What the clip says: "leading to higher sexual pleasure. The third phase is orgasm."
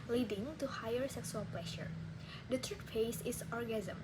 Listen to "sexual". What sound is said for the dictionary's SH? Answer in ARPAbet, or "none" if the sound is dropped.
S